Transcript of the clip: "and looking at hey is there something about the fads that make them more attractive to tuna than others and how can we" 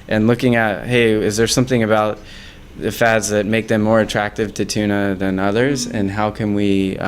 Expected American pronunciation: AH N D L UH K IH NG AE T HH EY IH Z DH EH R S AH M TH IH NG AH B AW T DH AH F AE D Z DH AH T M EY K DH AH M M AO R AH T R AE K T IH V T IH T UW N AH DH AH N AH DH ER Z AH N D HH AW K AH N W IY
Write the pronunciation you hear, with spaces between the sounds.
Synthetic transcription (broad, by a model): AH N L UH K IH NG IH T HH EY IH Z DH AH R S AH M TH IH NG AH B AW T DH AH F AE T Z DH AH T M EY K DH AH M M AO R AH T R AE K T IH V T IH T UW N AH DH AH N AH DH ER Z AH N HH AW K AH N W IY